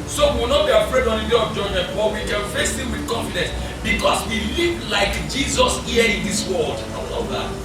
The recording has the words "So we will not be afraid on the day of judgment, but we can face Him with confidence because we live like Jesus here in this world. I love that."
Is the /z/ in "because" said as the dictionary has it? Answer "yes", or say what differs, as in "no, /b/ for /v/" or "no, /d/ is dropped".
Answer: no, /s/ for /z/